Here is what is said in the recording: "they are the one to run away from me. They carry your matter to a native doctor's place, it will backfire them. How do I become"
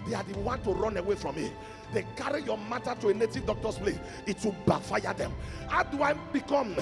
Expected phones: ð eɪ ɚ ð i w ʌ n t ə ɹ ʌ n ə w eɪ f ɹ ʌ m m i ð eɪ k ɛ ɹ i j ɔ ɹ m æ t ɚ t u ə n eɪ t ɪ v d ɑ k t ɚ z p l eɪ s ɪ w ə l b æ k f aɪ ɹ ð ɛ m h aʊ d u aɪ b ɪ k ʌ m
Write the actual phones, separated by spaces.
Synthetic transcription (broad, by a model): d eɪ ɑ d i w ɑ n t ə ɹ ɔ n ə w eɪ f ɹ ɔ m m i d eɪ k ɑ ɹ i j ɔ m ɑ t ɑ t u ə n eɪ t ɪ v d ɑ k t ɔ s p l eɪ ɪ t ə b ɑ f aɪ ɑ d ɛ m h aʊ d u aɪ b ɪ k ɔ m